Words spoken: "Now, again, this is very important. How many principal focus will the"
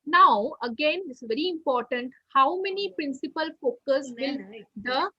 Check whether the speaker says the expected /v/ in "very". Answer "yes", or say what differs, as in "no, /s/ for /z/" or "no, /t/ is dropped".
yes